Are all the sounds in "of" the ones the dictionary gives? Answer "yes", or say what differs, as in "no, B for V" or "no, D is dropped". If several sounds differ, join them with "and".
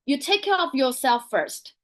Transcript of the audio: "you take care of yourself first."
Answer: no, P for V